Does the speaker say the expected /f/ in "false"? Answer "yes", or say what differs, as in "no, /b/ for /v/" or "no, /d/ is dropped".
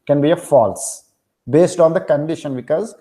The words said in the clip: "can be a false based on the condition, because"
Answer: yes